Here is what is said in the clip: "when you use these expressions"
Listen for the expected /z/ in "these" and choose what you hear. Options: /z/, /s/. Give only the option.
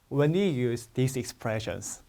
/s/